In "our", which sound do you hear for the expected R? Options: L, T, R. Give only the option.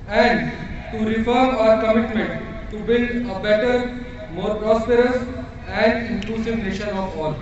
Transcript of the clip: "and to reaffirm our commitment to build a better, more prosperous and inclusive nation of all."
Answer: R